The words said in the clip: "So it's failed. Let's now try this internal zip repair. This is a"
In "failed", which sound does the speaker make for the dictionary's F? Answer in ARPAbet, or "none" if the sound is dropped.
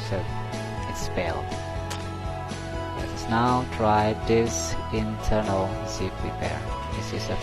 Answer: P